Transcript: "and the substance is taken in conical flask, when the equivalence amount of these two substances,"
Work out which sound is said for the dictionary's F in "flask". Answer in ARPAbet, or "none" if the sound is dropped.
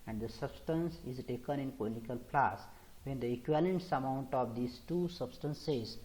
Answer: P